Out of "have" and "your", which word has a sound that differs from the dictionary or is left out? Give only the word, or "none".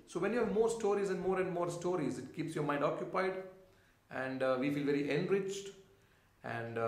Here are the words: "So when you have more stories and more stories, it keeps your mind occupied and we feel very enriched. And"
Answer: none